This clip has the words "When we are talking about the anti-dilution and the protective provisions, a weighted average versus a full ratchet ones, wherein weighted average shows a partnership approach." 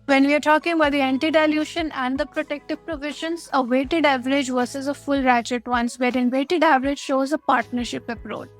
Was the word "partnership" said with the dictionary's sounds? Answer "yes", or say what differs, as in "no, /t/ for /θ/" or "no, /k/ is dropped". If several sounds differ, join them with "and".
yes